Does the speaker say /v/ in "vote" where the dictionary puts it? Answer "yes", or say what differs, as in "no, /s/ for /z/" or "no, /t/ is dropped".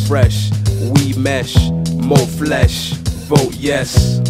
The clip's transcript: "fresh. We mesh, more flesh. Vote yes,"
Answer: no, /b/ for /v/